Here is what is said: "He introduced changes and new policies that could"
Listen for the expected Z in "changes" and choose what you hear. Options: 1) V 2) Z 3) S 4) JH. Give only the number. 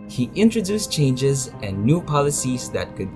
2